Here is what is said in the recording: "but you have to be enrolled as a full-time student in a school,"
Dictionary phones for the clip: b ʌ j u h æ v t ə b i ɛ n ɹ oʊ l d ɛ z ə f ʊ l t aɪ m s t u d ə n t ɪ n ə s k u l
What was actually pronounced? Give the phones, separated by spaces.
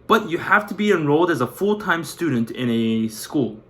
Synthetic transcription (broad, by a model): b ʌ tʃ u h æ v t ə b i ɛ n ɹ oʊ l d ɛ z ə f ʊ l t aɪ m s t u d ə n t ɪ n ə s k u l